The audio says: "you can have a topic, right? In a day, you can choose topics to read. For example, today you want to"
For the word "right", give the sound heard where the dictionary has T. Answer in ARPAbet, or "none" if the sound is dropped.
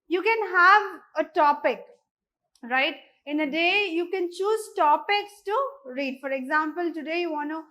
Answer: T